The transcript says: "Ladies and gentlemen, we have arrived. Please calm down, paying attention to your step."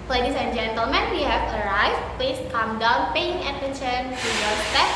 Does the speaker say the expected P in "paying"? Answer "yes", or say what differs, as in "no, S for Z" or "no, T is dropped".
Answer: yes